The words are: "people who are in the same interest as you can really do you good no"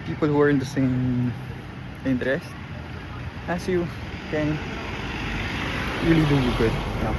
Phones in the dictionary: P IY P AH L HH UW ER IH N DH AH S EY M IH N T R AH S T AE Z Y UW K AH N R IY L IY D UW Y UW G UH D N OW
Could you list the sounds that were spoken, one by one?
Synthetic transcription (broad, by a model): P IY P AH L HH UW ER IH N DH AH S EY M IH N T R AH S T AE S Y UW K AH N R IY L IY D UW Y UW G UH D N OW